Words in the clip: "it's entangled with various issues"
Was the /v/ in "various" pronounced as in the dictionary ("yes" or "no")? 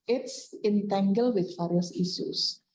no